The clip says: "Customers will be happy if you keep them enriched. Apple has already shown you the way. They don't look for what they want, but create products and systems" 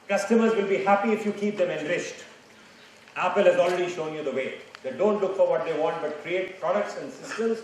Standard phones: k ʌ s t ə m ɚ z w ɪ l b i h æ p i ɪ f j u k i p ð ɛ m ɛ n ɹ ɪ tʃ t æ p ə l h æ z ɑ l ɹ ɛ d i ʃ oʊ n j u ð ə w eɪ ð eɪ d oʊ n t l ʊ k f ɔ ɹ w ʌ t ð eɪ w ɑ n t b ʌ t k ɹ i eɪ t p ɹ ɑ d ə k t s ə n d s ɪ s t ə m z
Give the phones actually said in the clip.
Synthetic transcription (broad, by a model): k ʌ s t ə m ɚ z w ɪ l b i h æ p i ɪ f j u k i p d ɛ m ɛ n ɹ ɪ tʃ t æ p ə l h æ z ɑ l ɹ ɛ d i ʃ oʊ n j u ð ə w eɪ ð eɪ d oʊ n t l ʊ k f ɔ ɹ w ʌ t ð eɪ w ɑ n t b ʌ t k ɹ i eɪ t p ɹ ɑ d ə k t s ə n d s ɪ s t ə m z